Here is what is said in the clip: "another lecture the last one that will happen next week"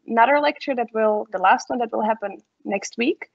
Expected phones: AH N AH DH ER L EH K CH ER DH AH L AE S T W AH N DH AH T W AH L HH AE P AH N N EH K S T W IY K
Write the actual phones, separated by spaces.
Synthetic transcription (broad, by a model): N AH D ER L EH K CH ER DH AH L AE S T W AH N DH AH T W AH L HH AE P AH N N EH K S T W IY K